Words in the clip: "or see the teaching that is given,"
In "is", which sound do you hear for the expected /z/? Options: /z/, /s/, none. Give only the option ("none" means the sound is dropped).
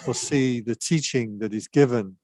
/z/